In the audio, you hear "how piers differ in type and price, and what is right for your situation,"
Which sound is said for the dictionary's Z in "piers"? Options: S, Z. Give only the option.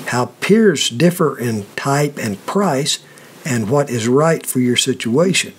Z